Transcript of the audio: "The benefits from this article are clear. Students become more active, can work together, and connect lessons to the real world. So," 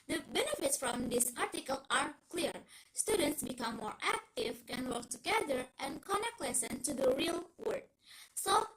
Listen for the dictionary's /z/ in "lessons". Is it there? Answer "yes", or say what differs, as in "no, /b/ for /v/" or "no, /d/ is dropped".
no, /z/ is dropped